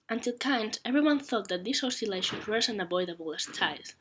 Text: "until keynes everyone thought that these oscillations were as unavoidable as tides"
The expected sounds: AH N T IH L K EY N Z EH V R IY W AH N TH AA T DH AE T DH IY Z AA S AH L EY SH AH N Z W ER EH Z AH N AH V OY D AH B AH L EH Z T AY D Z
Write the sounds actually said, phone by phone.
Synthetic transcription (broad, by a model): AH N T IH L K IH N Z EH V R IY W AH N TH AA T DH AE T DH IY S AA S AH L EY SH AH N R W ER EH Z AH N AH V OY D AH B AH L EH S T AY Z